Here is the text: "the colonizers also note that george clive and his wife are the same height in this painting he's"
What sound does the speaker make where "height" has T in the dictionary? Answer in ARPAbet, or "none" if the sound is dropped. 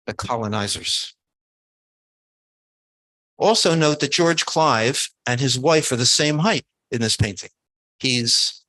T